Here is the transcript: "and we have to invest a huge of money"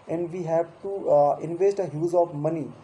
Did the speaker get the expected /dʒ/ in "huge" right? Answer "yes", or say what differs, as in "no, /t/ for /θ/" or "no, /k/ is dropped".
no, /z/ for /dʒ/